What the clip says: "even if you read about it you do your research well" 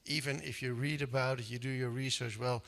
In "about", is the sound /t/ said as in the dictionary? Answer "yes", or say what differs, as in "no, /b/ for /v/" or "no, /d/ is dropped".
yes